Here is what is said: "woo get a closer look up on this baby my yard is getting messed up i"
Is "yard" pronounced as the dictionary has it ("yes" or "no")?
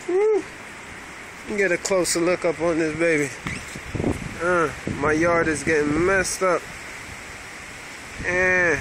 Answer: yes